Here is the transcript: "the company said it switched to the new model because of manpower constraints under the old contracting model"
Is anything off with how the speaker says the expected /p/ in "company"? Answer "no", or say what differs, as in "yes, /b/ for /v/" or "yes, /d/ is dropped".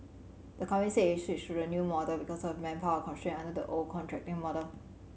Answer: yes, /p/ is dropped